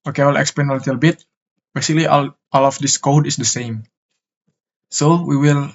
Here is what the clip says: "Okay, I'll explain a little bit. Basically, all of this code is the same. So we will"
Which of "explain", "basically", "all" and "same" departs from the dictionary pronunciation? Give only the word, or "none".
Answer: explain